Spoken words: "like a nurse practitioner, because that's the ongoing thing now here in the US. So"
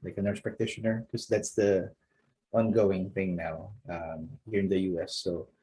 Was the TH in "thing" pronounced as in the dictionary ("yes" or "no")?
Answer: yes